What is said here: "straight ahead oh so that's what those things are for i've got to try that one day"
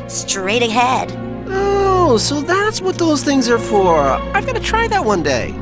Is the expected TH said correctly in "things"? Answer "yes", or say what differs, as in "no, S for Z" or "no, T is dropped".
yes